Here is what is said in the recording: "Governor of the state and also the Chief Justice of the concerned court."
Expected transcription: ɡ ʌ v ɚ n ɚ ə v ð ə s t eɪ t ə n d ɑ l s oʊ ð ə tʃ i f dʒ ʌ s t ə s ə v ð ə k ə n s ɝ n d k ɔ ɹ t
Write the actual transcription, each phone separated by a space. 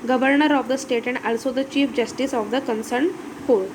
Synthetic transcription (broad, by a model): ɡ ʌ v ɚ n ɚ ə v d ə s t eɪ t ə n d ɑ l s oʊ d ə tʃ i f dʒ ʌ s t ə s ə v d ə k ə n s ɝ n k ɔ ɹ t